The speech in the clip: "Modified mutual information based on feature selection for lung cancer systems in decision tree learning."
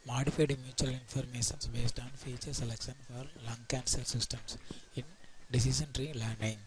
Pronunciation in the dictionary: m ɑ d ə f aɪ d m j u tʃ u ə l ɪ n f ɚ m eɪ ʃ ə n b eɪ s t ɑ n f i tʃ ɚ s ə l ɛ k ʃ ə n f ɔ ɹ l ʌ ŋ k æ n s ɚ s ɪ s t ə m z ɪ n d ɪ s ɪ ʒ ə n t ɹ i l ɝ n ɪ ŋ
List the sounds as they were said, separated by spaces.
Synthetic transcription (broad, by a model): m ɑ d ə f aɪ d m j u tʃ u ə l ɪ n f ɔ m eɪ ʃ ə n b eɪ s t ɑ n f i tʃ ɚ s ə l ɛ k ʃ ə n f ɔ ɹ l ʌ ŋ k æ n s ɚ s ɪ s t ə m s ɪ n d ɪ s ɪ ʃ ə n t ɹ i l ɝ n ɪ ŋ